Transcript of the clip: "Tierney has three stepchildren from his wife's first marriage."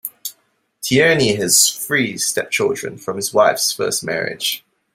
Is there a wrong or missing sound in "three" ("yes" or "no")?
yes